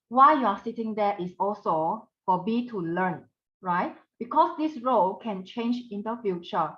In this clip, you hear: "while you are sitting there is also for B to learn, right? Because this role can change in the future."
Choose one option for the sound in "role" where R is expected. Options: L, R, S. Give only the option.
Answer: R